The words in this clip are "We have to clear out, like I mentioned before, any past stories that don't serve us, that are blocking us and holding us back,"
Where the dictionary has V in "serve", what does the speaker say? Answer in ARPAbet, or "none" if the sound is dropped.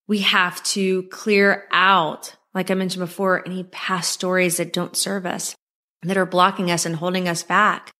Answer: V